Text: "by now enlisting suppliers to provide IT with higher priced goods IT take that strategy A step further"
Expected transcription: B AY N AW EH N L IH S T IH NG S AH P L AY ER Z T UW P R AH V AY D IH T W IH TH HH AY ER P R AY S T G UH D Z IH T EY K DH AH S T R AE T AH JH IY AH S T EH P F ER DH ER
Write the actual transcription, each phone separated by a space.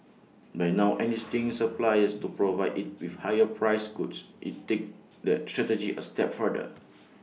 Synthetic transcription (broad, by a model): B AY N AW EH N IY S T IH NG S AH P L AY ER S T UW P R AH V AY D IH T W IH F HH AY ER P R AY S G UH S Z IH T EY K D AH S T R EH T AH JH IY AH S T EH P F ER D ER